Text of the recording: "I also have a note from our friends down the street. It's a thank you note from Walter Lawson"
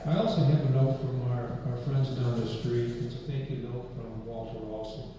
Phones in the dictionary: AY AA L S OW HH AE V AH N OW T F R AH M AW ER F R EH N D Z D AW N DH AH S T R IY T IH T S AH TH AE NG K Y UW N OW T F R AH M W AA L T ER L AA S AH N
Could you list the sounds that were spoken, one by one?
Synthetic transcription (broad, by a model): AY AA L S OW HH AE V AH N OW T F R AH M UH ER F R EH N D Z D AW N DH AH S T R IY T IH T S AH TH AE NG K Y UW N OW T F R AH M W AA L T ER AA S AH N